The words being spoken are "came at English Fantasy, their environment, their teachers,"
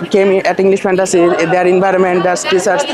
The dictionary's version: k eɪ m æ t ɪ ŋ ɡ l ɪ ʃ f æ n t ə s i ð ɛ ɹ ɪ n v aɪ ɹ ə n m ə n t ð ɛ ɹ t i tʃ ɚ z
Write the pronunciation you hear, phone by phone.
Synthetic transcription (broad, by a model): k eɪ m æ t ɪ ŋ ɡ l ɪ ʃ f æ n t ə s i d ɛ ɹ ɪ n v aɪ ɹ ə n m ə n t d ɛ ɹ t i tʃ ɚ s